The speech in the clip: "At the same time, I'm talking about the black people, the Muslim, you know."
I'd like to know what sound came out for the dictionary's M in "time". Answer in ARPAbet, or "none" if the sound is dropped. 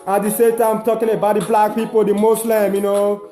none